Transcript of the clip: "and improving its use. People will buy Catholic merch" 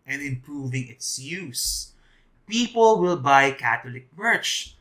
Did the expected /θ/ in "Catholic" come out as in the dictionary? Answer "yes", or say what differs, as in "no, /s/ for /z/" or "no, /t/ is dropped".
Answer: no, /t/ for /θ/